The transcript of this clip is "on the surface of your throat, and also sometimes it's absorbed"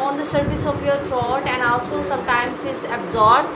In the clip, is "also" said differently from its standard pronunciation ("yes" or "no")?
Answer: no